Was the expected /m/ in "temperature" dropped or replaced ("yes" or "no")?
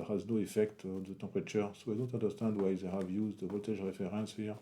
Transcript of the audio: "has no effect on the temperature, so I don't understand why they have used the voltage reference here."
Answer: yes